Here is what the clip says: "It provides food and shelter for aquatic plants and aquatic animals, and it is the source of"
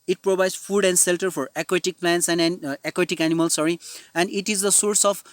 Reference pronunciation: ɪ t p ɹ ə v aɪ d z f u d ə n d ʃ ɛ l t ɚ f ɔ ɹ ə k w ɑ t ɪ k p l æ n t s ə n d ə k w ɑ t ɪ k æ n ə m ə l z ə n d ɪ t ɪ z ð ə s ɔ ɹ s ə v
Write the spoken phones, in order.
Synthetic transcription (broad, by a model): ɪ t p ɹ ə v aɪ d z f u d ə n d s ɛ l t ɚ f ɔ ɹ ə k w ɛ t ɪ k p l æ n t s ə n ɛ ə k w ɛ t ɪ k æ n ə m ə l s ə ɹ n ɪ t ɪ z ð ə s ɔ ɹ s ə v